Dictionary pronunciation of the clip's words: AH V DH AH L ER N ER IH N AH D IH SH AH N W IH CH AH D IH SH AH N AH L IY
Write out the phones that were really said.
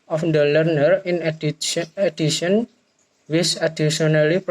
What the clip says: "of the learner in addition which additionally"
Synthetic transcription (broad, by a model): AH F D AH L ER N ER IH N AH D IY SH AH N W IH S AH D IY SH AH N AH L IY